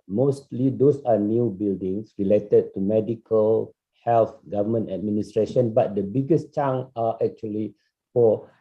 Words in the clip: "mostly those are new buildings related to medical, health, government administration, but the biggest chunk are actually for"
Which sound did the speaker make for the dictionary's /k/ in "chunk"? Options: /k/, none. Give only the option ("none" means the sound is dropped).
none